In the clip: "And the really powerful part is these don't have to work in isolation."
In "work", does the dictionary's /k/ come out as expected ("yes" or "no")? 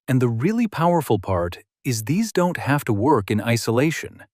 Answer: yes